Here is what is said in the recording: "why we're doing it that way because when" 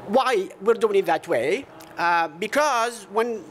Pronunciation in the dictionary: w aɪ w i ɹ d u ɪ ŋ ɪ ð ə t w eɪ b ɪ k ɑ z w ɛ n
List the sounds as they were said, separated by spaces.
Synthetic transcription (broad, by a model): w aɪ w i ɹ d u ɪ ŋ ɪ ð ə t w eɪ b ɪ k ɑ z w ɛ n